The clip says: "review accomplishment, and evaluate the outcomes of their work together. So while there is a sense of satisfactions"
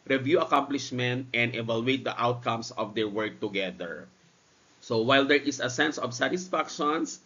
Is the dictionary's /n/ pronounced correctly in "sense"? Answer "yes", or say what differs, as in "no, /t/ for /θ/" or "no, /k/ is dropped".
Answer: yes